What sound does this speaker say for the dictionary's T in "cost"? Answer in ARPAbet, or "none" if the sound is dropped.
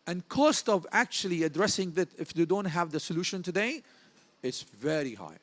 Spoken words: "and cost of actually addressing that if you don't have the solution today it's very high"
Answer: T